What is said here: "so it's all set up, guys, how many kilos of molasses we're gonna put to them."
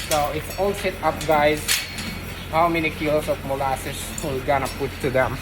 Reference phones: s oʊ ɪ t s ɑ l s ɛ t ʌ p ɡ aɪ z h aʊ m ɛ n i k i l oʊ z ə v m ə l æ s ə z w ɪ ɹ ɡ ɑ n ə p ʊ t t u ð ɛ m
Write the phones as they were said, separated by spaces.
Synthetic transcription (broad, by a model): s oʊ ɪ t s ɑ l s ɛ t ʌ p ɡ aɪ z h aʊ m ɛ n i k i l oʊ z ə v m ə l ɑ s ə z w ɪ l ɡ ɑ n ə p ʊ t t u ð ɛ m